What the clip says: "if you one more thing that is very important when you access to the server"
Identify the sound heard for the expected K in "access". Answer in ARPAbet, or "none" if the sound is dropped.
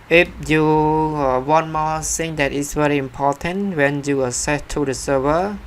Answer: none